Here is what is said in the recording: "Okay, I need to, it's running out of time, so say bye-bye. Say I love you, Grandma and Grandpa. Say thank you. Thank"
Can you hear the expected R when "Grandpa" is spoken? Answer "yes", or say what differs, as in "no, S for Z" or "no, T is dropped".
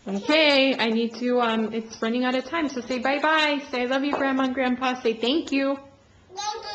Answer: yes